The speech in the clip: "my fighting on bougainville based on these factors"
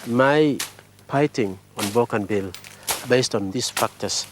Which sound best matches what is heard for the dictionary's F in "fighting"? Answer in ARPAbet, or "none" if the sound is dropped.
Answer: P